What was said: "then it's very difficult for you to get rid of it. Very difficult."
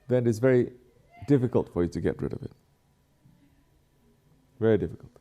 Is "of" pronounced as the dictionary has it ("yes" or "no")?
yes